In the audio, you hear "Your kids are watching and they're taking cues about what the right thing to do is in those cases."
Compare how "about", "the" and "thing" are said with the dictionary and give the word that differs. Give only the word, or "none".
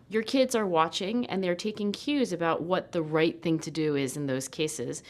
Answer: none